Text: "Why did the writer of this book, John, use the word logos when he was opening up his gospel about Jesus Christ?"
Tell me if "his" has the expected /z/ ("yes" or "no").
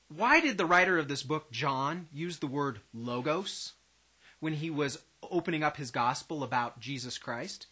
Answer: yes